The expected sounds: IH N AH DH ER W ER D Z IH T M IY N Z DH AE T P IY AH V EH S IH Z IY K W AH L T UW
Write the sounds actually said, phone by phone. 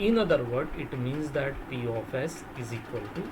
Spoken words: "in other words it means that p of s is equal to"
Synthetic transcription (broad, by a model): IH N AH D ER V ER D IH T M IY N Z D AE T P IY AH F EH S IH Z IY K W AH L T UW